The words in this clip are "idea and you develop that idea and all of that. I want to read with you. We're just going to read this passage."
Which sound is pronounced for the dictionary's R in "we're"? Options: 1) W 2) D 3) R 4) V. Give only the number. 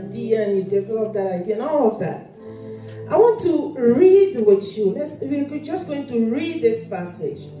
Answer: 1